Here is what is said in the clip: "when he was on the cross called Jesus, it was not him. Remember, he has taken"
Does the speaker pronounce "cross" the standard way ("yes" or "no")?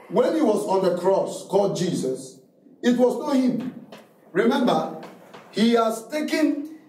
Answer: yes